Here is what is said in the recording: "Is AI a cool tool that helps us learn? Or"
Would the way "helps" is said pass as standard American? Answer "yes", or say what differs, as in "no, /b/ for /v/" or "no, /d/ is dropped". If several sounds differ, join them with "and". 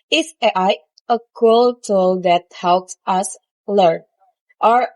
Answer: yes